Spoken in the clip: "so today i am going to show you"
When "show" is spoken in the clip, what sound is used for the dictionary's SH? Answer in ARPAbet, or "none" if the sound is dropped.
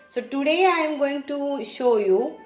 SH